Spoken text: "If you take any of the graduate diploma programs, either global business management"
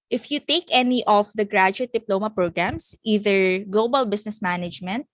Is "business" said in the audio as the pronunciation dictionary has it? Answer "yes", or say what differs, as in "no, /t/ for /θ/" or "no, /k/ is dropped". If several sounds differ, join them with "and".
no, /s/ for /z/